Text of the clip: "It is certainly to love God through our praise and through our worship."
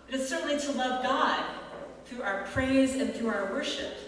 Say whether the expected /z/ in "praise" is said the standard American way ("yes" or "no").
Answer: yes